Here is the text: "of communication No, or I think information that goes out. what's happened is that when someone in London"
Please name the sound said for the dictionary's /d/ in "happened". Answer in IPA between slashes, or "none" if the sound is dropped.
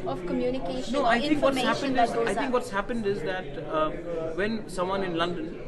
/d/